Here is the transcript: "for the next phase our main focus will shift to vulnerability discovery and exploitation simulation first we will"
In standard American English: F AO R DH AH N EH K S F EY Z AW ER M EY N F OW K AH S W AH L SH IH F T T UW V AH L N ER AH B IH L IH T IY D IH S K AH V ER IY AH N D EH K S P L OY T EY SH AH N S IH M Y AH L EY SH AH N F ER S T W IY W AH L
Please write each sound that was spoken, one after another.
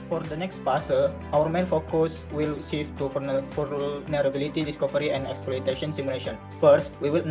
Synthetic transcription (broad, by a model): F AO R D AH N EH K S P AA S AW ER M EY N F OW K AH S W AH L S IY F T T UW F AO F N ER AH B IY L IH T IY D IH S K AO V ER IY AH N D EH K S P L OY T EY SH AH N S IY M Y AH L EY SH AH N F ER S T W IY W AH L